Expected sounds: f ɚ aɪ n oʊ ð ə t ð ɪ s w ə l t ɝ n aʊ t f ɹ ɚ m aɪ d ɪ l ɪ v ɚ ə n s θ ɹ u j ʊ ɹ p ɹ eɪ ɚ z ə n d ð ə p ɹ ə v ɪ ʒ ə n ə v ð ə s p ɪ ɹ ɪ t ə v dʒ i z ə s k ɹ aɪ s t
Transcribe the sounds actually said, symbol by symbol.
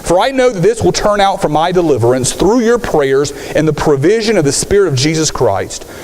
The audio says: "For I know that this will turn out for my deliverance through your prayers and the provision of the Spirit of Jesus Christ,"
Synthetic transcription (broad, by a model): f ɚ aɪ n oʊ ð ə t ð ɪ s w ə l t ɝ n aʊ t f ɹ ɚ m aɪ d ɪ l ɪ v ɚ ə n s θ ɹ u j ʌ ɹ p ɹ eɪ ɚ z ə n ð ə p ɹ ə v ɪ ʒ ə n ə v ð ə s p ɪ ɹ ɪ t ə v dʒ i z ə s k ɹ aɪ s t